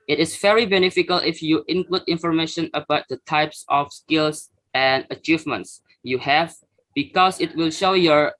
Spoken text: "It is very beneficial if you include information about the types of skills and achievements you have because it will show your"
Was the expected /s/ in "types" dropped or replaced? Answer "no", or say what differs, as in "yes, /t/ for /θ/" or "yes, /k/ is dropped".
no